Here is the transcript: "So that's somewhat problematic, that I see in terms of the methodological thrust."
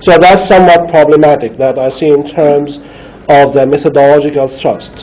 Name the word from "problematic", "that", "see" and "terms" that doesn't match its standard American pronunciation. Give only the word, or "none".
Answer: none